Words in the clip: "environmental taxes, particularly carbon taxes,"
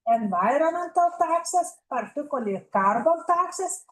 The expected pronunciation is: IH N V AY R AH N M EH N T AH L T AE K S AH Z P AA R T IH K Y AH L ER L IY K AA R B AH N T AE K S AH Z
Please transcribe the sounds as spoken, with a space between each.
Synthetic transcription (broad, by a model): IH N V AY R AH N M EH N T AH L T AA K S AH S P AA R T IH K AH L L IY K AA R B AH L T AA K S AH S